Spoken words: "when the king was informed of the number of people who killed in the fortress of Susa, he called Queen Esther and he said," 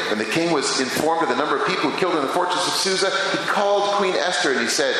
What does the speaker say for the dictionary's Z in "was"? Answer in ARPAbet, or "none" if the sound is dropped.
Z